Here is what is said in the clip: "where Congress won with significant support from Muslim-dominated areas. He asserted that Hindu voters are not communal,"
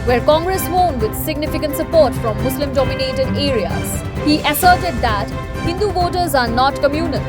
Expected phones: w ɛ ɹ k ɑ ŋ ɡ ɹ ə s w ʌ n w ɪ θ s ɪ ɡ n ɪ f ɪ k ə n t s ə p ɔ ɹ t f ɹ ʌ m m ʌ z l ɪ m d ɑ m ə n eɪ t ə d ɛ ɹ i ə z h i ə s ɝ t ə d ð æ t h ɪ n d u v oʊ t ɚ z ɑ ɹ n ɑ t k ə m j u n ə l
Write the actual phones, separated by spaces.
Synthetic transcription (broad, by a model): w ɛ ɹ k ɑ ŋ ɡ ɹ ə s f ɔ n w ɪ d s ɪ ɡ n ɪ f ɪ k ə n t s ə p ɔ ɹ t f ɹ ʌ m m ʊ s l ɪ m d ɑ m ə n eɪ t ə d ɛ ɹ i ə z h i ə s ɝ t ə d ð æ t h ɪ n d u v oʊ t ɚ z ɑ ɹ n ɑ t k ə m j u n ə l